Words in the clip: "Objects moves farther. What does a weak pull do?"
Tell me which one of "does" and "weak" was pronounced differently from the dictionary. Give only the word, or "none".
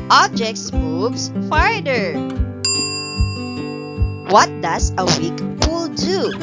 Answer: does